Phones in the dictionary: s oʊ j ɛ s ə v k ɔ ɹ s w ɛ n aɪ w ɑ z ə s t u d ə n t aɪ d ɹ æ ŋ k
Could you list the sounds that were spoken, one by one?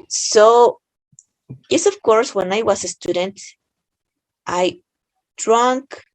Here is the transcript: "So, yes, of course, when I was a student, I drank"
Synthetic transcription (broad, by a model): s oʊ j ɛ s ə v k ɔ ɹ s w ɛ n aɪ w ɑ s ə s t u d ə n t aɪ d ɹ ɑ ŋ k